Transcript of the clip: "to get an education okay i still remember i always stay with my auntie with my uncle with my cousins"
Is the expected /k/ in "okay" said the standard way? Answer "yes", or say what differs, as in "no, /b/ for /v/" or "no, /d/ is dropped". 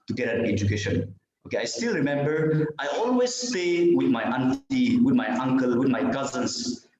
yes